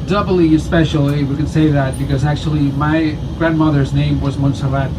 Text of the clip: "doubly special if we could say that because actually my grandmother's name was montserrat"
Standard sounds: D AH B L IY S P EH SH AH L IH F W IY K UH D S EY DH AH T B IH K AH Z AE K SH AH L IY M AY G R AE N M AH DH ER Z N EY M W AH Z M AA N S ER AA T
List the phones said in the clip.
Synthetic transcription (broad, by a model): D AH B L IY S P EH SH L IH W IY K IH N S EY DH AH T B IH K AH Z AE K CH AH L IY M AY G R AE N M AH DH ER Z N EY M W AH Z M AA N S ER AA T